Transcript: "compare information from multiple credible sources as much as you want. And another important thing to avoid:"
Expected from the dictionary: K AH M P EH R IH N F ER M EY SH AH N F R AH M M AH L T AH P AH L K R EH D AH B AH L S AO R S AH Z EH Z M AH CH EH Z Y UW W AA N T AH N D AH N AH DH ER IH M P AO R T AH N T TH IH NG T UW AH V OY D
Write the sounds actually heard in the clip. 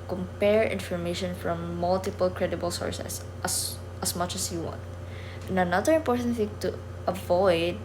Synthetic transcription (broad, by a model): K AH M P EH R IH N F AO M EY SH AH N F R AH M M AH L T AH P AH L K R EH D AH B AH L S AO R S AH S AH S M AH CH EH S Y UW W AA N T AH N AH N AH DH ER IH M P AO R T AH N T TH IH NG T UW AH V OY D